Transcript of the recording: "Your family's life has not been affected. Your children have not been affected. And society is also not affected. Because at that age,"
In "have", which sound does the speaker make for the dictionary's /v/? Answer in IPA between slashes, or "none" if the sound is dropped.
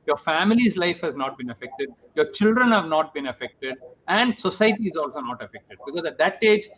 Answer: /v/